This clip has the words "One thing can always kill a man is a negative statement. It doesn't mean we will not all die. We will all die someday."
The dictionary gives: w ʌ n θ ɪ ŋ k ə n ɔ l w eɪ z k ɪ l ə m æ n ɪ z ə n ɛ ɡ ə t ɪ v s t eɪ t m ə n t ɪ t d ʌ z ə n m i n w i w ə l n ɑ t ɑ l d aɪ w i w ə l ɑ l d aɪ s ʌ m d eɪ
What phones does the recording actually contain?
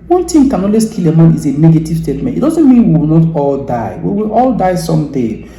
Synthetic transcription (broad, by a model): w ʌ n t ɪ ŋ k ə n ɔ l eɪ s k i l ə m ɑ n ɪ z ə n ɛ ɡ ə t ɪ v s t eɪ t m ə n t ɪ t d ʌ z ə n m i n w i w ə l n ɑ t ɑ l d aɪ w i w ə l ɑ l d aɪ s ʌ m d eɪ